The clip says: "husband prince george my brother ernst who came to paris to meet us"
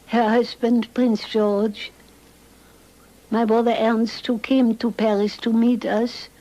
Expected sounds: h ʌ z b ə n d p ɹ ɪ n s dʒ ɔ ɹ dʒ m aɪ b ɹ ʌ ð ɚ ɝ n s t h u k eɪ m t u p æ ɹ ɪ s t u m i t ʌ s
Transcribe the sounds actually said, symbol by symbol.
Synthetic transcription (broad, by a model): h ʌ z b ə n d p ɹ ɪ n s dʒ ɔ ɹ dʒ m aɪ b ɹ ʌ ð ɚ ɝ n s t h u k eɪ m t u p æ ɹ ɪ s t u m i t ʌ s